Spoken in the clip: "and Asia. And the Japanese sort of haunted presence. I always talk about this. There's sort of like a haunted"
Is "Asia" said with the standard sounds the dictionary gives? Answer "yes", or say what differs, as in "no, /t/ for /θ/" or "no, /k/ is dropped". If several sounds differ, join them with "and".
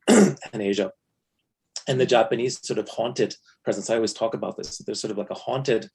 yes